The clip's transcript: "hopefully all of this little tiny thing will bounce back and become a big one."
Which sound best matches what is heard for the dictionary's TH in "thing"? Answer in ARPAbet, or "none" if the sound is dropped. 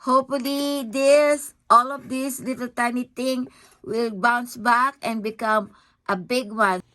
T